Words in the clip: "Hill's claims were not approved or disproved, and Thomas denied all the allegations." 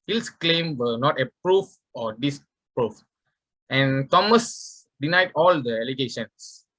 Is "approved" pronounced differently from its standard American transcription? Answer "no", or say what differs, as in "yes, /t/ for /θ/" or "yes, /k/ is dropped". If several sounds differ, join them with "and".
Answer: yes, /d/ is dropped